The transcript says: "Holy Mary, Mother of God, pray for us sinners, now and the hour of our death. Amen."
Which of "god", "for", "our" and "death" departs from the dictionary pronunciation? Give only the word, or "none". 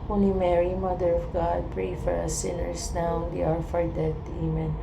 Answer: death